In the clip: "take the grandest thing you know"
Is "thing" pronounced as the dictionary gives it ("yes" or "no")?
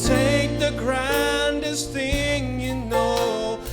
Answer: yes